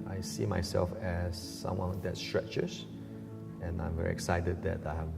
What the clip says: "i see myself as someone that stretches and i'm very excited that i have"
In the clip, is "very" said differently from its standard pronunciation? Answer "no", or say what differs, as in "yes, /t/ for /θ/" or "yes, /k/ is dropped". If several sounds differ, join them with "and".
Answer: no